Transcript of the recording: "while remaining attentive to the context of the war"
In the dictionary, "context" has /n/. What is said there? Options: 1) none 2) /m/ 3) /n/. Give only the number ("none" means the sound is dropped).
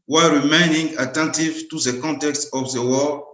3